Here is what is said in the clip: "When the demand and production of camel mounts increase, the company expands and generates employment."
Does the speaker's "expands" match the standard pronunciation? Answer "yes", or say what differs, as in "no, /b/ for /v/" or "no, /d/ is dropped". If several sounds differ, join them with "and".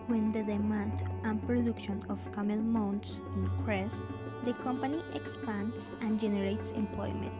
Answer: no, /s/ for /z/